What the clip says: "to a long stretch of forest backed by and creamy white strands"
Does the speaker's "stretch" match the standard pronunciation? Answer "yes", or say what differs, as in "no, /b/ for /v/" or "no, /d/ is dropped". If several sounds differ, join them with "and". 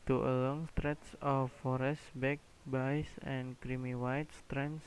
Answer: no, /s/ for /tʃ/